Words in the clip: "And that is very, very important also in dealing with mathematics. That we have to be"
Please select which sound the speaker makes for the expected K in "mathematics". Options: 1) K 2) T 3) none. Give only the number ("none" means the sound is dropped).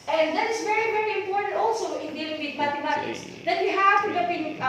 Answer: 3